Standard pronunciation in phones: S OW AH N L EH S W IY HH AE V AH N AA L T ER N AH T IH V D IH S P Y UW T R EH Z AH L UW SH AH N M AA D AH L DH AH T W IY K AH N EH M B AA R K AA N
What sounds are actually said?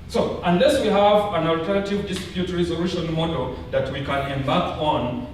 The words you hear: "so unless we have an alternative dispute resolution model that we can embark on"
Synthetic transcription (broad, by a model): S OW AH N L EH S W IY HH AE V AH N AA L T ER N AH T IH V D IH S P Y UW T R EH Z AH L UW SH AH N M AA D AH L DH AH T W IY K AH N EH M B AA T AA N